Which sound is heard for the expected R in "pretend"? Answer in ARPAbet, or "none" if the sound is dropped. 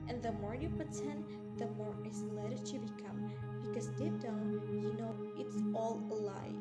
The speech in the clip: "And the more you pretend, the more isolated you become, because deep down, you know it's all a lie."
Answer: none